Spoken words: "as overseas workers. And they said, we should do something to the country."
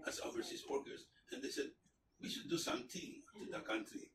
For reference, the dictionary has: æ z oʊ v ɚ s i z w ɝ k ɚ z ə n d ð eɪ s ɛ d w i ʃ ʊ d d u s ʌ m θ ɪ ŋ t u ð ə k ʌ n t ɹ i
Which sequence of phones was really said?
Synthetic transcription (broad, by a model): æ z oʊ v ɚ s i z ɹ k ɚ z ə n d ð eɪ s ɛ d w i ʃ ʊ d d u s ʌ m t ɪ t u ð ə k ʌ n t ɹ i